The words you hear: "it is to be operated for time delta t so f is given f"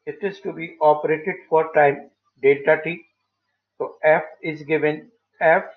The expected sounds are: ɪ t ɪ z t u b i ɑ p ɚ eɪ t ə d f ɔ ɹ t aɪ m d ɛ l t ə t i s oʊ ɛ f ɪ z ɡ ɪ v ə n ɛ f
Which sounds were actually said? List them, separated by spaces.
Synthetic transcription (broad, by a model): ɪ t ɪ z t u b i ɑ p ɚ eɪ t ə d f ɔ ɹ t aɪ m d ɛ t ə t i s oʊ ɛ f ɪ z ɡ ɪ v ə n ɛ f